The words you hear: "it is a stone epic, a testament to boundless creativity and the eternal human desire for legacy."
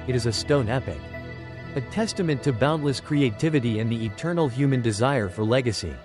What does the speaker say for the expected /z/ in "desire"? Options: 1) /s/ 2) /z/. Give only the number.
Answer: 2